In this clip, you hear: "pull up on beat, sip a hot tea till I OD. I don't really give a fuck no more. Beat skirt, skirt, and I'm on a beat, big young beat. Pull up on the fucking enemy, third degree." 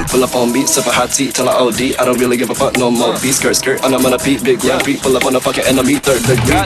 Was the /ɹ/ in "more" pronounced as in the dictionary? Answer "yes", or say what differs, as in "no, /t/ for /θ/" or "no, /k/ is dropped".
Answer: no, /l/ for /ɹ/